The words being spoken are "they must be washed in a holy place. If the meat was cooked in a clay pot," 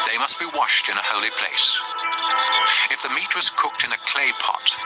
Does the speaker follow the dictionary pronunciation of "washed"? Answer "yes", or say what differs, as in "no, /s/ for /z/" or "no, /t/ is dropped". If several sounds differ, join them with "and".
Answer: yes